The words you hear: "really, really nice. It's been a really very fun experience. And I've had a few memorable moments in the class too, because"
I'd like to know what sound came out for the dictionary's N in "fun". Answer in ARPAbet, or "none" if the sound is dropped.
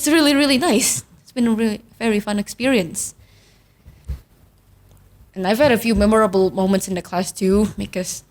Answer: N